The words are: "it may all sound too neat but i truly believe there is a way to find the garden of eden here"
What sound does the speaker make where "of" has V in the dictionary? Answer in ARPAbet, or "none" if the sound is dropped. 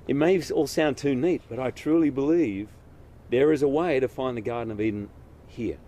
V